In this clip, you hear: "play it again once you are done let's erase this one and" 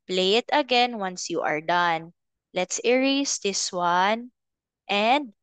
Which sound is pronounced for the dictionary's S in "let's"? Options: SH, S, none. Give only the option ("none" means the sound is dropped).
S